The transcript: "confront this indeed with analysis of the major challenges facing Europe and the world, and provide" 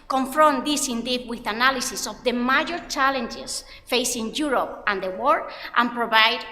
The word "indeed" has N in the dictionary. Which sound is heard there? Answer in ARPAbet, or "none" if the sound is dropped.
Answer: N